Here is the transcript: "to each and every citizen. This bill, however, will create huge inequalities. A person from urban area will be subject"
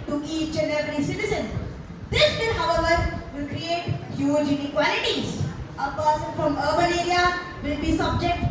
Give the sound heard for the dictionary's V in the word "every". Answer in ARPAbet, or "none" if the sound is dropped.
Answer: none